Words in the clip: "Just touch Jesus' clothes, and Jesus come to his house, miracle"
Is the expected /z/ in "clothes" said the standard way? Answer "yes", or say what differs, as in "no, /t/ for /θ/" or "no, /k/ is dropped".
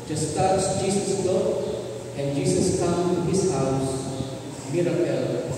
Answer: no, /z/ is dropped